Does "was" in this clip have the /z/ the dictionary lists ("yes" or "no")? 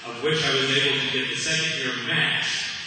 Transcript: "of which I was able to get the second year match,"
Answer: yes